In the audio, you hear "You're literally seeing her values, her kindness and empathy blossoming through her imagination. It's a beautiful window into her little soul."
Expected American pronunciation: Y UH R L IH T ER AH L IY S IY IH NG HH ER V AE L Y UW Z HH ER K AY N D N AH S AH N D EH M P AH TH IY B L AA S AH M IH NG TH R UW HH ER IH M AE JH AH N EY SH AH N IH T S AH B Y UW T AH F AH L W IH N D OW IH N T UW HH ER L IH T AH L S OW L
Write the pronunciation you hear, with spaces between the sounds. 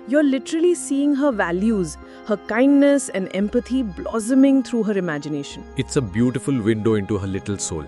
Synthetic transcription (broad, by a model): Y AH R L IH T ER AH L IY S IY IH NG HH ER V AE L Y UW Z HH ER K AY N D N AH S AH N D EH M P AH T IY B L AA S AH M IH NG T R UW HH ER IH M AE JH AH N EY SH AH N IH T S AH B Y UW T AH F AH L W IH N D OW IH N T UW HH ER L IH T AH L S OW L